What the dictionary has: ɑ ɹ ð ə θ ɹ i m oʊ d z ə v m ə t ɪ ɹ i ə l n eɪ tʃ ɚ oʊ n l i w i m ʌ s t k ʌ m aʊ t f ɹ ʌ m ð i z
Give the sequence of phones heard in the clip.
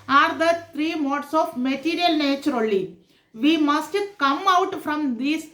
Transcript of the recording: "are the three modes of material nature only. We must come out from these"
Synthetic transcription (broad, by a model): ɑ ɹ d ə t ɹ i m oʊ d s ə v m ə t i ɹ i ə l n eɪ tʃ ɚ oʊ l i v i m ʌ s t k ʌ m aʊ t f ɹ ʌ m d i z